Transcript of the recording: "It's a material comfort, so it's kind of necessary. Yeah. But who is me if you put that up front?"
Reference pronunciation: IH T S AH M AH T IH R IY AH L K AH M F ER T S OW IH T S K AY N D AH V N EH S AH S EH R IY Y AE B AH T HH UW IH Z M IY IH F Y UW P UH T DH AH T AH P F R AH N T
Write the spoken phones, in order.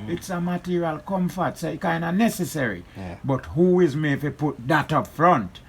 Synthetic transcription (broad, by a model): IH T S AH M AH T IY R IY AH L K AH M F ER T S OW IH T K AY N D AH N EH S AH S EH R IY B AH T HH UW IH Z M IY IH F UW P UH T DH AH T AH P F R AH N T